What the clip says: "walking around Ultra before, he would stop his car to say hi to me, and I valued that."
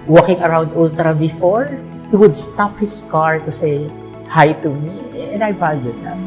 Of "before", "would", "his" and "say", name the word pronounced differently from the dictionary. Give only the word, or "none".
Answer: his